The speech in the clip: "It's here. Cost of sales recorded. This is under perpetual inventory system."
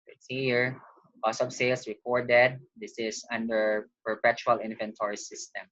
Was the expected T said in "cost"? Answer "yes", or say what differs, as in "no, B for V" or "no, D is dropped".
no, T is dropped